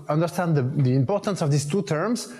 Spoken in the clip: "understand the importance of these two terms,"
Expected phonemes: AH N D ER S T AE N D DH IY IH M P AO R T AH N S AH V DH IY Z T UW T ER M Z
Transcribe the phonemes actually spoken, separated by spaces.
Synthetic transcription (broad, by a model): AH N D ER S T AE N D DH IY IH M P AO R T AH N S AH V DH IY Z T UW T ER M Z